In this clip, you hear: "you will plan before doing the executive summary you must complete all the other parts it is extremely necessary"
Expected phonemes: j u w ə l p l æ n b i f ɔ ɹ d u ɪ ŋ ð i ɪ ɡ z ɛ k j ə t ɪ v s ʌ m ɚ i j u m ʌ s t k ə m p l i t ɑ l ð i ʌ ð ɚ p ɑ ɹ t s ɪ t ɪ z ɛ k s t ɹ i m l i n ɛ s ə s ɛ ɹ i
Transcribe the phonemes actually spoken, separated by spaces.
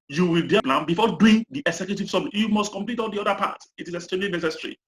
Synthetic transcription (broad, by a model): j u w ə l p l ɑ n b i f ɔ d u ɪ ŋ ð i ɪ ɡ s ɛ k j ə t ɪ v s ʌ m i j u m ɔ s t k ə m p l i t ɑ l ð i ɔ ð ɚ p ɑ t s ɪ t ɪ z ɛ s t ɛ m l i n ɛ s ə s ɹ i